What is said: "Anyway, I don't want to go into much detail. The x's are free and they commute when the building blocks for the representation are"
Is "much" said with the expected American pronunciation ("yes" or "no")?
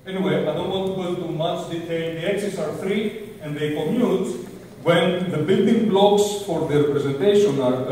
no